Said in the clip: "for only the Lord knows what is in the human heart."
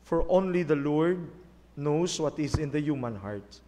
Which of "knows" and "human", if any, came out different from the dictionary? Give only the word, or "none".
knows